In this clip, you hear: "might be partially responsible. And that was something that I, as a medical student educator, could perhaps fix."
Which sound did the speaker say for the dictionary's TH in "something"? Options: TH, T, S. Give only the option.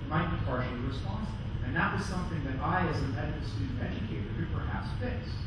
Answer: TH